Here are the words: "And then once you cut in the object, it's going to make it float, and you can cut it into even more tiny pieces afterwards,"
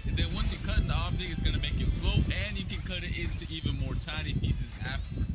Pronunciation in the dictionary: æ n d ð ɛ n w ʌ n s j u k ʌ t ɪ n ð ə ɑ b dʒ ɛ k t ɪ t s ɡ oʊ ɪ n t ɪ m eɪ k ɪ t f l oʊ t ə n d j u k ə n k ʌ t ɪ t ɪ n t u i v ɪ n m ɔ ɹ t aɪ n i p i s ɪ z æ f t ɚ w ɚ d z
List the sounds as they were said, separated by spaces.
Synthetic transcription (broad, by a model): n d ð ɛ n w ʌ n s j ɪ k ʌ t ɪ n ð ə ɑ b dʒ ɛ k ɪ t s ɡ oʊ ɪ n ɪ m eɪ k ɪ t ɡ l oʊ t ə n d j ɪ k ə n k ʌ t ɪ t ɪ n t u i v ɪ n m ɔ ɹ t aɪ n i p i s ɪ z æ f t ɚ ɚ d